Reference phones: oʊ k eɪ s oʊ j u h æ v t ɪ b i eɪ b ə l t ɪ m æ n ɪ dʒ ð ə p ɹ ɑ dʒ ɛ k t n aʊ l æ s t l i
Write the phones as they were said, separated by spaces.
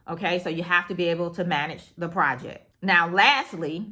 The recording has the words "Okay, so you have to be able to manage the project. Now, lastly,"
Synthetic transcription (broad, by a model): oʊ k eɪ s oʊ j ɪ h æ f t ɪ b i eɪ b l t ɪ m æ n ɪ dʒ ð ə p ɹ ɑ dʒ ɛ k t n aʊ l æ s t l i